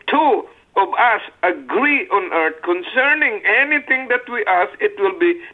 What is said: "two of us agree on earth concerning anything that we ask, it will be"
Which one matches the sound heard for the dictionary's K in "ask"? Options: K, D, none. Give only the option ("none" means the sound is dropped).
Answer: none